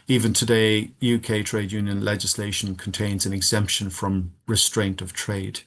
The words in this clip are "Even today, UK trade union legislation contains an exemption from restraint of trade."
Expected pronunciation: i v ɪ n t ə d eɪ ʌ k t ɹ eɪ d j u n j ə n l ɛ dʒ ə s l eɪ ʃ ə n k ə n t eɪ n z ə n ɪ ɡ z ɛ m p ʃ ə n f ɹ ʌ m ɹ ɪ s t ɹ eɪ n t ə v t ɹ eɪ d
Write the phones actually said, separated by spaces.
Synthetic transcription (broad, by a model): i v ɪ n t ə d eɪ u k t ɹ eɪ d j u n j ə n l ɛ dʒ ə s l eɪ ʃ ə n k ə n t eɪ n z ə n ɪ ɡ z ɛ m p ʃ ə n f ɹ ʌ m ɹ ɪ s t ɹ eɪ n t ə v t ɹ eɪ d